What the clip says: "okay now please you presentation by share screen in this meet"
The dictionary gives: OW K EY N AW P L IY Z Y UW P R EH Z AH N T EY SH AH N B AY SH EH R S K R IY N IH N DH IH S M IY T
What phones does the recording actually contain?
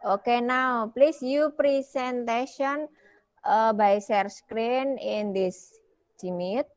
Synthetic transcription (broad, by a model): OW K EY N AW P L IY S Y UW P R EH S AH N T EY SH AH N B AY S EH R S K R IY N IH N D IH S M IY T